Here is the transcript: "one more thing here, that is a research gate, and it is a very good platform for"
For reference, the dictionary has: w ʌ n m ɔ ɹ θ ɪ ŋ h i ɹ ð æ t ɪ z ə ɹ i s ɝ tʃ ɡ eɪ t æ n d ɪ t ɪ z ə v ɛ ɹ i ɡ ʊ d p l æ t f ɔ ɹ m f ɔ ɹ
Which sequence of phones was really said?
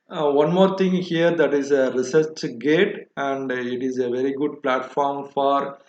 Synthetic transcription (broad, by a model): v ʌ n m ɔ ɹ t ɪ ŋ h i ɹ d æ t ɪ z ə ɹ i s ɝ tʃ ɡ eɪ t æ n d ɪ t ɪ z ə v ɛ ɹ i ɡ ʊ d p l æ t f ɔ ɹ m f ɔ ɹ